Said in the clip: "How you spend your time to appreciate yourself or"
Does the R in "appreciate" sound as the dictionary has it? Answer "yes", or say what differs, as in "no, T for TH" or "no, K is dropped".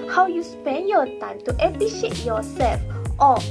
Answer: no, R is dropped